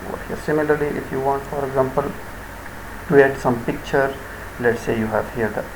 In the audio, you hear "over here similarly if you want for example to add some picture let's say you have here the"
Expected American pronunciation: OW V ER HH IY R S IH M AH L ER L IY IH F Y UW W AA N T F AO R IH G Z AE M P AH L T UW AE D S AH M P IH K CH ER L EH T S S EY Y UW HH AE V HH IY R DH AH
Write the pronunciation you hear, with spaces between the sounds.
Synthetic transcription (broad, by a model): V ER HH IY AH S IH M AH L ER L IY IH F Y UW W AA N T F AO R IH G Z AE M P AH L T UW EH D S AH M P IH K CH ER L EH T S S EY Y UW HH AE V HH IY R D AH